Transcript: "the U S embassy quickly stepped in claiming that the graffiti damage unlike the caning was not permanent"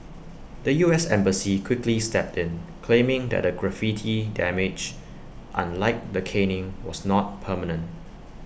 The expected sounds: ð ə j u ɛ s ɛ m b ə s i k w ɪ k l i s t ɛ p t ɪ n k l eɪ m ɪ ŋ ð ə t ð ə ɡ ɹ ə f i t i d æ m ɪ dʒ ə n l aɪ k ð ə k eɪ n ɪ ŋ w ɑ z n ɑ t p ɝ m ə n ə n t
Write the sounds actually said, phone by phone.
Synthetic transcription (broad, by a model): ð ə j u ɛ s ɛ m b ə s i k w ɪ k l i s t ɛ p t ɪ n k l eɪ m ɪ ŋ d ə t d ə ɡ ɹ ə f i t i d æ m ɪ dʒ ə n l aɪ k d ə k eɪ n ɪ ŋ w ɑ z n ɑ t p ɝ m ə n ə n t